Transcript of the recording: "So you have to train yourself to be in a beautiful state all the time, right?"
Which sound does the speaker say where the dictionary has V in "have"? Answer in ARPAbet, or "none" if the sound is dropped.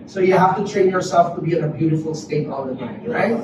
F